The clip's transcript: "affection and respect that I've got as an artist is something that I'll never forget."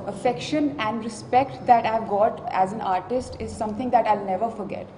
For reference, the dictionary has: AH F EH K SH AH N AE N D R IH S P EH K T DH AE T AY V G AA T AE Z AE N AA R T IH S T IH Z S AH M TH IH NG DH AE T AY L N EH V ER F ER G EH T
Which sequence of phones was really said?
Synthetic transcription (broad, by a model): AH F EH K SH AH N AE N D R IH S P EH K T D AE T AY V G AA T AE Z AE N AA R T IH S T IH Z S AH M T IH NG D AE T AY L N EH V ER F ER G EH T